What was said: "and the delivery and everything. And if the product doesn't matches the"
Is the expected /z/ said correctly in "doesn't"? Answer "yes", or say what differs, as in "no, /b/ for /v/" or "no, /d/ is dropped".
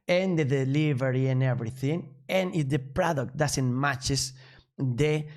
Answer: no, /s/ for /z/